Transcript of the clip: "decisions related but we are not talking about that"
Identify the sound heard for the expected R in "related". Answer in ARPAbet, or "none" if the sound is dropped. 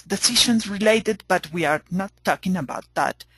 R